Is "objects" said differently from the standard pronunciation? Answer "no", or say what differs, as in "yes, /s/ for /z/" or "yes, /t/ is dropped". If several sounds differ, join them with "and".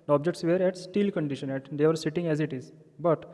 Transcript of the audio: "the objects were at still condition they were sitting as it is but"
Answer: no